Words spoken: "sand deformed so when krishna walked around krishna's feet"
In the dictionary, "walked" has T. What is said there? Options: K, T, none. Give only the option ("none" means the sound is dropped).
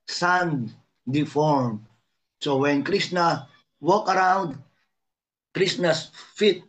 none